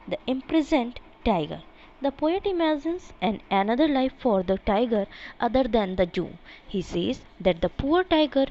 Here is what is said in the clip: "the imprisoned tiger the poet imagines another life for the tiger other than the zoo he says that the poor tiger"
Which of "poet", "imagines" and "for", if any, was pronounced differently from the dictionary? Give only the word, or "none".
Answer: imagines